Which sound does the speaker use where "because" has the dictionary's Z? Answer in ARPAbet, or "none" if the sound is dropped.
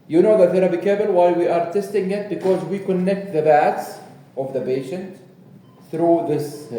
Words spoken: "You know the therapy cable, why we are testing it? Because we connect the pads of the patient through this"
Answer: Z